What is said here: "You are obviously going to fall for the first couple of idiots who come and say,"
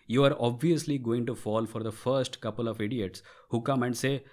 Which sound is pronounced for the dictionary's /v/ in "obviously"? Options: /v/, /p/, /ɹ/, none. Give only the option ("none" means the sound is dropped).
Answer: /v/